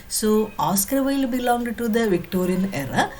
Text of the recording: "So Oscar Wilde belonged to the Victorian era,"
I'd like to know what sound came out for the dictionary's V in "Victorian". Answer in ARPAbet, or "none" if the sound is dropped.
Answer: V